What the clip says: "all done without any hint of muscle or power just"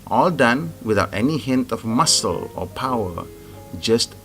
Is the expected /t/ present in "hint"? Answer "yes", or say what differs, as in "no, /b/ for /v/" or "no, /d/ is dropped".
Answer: yes